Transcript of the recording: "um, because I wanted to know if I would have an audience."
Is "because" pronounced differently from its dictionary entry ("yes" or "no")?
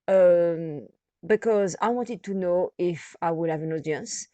no